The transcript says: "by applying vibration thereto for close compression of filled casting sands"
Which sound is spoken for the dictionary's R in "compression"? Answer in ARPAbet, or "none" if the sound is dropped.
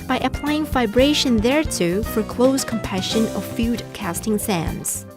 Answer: none